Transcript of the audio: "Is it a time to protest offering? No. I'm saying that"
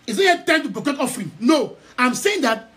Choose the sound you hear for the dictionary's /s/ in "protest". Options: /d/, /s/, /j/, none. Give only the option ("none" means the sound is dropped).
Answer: none